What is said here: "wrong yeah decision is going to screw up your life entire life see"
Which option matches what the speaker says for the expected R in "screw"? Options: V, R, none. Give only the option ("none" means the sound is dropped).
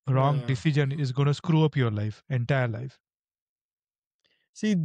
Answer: R